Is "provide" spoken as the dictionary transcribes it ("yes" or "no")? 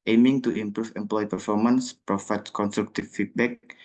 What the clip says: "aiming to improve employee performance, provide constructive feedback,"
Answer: no